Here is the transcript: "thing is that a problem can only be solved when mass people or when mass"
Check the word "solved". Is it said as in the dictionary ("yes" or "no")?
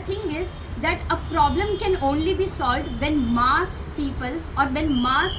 yes